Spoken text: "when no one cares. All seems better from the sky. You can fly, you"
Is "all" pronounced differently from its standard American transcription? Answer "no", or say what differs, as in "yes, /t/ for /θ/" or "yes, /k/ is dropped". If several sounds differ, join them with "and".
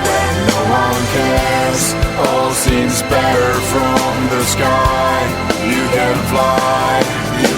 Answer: no